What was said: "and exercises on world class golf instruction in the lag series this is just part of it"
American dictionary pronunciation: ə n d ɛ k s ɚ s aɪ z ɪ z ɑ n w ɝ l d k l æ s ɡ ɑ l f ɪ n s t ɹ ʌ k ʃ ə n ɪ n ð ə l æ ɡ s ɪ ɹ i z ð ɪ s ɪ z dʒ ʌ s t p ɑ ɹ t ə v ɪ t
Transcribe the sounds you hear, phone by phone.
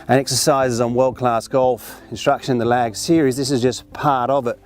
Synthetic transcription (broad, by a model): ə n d ɛ k s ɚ s aɪ z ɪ z n w ɝ l d k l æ s ɡ ɑ l f ɪ n s t ɹ ʌ k ʃ ə n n ð ə l æ ɡ s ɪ ɹ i z ð ɪ s ɪ z dʒ ʌ s p ɑ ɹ t ə v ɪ t